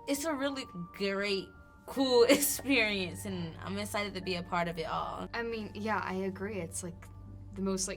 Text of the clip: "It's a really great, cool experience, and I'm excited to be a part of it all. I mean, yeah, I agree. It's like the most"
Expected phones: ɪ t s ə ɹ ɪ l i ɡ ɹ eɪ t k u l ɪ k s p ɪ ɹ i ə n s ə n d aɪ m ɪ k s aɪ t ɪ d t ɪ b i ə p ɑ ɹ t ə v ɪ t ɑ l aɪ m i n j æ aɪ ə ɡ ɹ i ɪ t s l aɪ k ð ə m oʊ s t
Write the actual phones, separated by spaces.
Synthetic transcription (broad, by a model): ɪ t s ə ɹ ɪ l i ɡ ɹ eɪ t k u l ɪ k s p ɪ ɹ i ə n s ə n aɪ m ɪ s aɪ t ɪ d t ɪ b i ə p ɑ ɹ t ə v ɪ t ɑ l aɪ m i n j æ aɪ ə ɡ ɹ i ɪ t s l aɪ k ð ə m oʊ s t